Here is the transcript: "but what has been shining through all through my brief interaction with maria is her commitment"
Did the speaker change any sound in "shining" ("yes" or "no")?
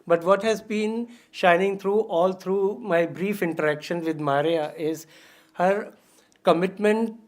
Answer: no